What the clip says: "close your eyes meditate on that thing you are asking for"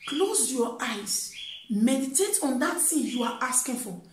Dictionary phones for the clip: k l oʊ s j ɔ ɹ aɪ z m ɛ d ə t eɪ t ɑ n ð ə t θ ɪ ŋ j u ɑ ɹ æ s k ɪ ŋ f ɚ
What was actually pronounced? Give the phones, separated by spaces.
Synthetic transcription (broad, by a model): k l oʊ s j ɔ aɪ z m ɛ d ə t eɪ t ɑ n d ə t s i j u ɑ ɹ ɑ s k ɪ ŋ f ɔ